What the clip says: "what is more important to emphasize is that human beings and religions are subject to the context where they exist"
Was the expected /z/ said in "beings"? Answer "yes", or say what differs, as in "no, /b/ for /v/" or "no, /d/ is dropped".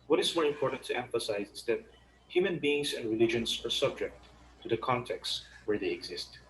no, /s/ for /z/